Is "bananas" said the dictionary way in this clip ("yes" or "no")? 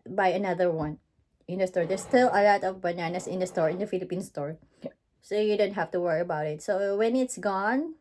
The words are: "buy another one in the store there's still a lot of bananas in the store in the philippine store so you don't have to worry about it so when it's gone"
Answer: no